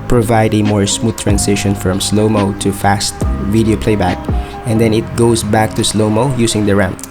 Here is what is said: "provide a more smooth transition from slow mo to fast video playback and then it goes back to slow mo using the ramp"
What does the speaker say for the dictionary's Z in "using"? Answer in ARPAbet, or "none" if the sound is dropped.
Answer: S